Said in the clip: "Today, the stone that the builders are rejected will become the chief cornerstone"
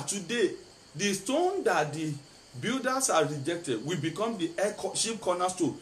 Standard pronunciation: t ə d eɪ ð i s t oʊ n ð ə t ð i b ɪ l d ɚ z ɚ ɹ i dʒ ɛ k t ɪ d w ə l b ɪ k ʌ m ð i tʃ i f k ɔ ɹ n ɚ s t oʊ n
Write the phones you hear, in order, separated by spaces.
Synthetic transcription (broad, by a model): t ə d eɪ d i s t oʊ n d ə t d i b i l d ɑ s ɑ ɹ i dʒ ɛ k t ɪ d w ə b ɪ k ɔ m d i ʃ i p k ɔ n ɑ s t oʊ